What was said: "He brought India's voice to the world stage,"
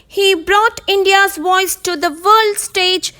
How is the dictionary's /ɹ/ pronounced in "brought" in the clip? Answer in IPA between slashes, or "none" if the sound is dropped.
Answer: /ɹ/